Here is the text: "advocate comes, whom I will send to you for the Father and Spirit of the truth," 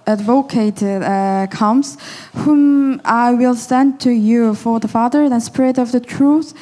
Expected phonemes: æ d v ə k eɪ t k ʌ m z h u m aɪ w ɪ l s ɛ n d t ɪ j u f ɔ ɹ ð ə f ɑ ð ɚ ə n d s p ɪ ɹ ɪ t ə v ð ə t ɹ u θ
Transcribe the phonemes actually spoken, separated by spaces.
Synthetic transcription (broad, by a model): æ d v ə k eɪ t k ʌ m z h u m aɪ w ɪ l s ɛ n t ɪ j u f ɔ ɹ ð ə f ɑ ð ɚ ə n s p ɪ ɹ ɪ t ə v ð ə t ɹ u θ